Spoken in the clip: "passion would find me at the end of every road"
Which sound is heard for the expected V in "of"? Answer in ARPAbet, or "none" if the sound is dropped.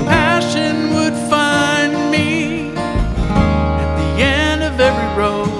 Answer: V